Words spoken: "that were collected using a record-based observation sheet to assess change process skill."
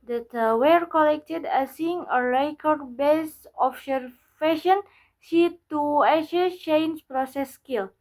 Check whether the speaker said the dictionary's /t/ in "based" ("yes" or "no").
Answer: no